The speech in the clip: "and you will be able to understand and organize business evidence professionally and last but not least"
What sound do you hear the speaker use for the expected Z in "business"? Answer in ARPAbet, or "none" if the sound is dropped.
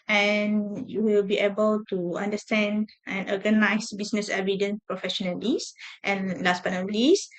S